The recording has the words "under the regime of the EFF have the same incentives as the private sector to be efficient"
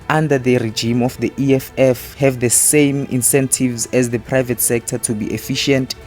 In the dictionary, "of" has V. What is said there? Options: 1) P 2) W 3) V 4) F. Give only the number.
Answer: 4